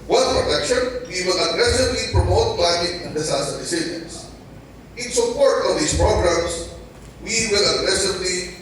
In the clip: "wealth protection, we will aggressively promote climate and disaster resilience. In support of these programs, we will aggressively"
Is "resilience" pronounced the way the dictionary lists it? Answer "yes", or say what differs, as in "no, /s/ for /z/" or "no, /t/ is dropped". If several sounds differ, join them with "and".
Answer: no, /s/ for /z/